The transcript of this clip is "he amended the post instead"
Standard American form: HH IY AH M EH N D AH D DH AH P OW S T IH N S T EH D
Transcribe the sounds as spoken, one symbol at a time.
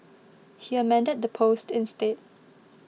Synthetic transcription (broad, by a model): HH IY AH M EH N D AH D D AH P OW S T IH N S T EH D